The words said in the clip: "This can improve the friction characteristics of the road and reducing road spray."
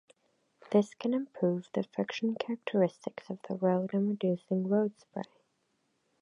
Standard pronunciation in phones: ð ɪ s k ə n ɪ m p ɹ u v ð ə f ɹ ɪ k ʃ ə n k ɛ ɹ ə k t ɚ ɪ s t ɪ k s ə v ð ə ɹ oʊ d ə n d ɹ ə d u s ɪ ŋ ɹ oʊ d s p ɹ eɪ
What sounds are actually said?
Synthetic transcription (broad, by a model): ð ɪ s k ə n ɪ m p ɹ u v ð ə f ɪ k ʃ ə n k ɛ ɹ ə k t ɚ ɪ s t ɪ k s ə v ð ə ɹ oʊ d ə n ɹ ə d u s ɪ ŋ ɹ oʊ d s p ɹ eɪ